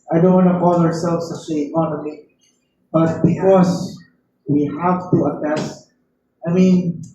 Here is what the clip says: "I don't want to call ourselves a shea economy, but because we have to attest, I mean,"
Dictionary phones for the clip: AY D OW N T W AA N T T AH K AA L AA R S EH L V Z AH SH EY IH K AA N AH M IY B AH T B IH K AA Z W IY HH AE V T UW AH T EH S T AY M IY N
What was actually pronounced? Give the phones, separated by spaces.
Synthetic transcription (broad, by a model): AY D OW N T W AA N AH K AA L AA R S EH L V S AH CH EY IH K AA N AH M IY B AH T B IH K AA S W IY HH AE V T UW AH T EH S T AY M IY N